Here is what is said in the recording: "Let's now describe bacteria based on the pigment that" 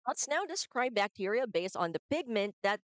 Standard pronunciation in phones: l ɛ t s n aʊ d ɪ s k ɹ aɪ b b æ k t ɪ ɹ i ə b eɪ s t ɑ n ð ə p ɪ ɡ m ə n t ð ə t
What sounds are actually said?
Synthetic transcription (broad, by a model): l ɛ t s n aʊ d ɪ s k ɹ aɪ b b æ k t ɪ ɹ i ə b eɪ s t n ð ə p ɪ ɡ m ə n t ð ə t